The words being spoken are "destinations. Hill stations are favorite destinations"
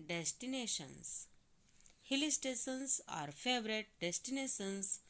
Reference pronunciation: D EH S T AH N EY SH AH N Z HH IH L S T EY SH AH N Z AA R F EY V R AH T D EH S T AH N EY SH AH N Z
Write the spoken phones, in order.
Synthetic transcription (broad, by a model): D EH S T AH N EY SH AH N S HH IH L S T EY S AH N S AA R F EY V R AH T D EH S T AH N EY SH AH N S